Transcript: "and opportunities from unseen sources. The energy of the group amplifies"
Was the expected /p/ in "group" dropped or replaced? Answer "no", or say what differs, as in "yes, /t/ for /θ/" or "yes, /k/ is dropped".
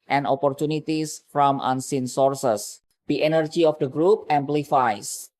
no